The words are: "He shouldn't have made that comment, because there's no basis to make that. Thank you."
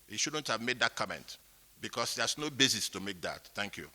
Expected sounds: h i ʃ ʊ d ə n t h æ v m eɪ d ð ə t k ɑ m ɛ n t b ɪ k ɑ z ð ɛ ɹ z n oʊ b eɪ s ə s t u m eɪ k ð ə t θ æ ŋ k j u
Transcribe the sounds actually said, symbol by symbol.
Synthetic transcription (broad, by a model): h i ʃ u d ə n t h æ v m eɪ d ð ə t k ɑ m ɛ n t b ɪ k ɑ s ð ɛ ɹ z n oʊ b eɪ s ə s t u m eɪ k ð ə t θ æ ŋ k j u